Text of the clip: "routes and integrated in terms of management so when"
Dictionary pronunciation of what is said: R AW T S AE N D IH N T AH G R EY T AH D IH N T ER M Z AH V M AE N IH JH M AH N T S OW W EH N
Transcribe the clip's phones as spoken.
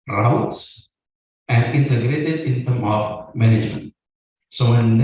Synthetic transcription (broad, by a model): R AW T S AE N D IH N T AH G R EY T AH D IH N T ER M AH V M AE N IH JH M AH N T S OW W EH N